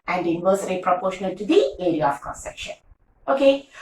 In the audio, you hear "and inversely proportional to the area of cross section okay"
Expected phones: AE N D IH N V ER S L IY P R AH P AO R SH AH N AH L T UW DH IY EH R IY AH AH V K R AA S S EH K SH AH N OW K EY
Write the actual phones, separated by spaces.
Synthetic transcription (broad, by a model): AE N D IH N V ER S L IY P R AH P AO R SH AH N AH L T UW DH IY EH R IY AH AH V K AA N S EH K SH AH N OW K EY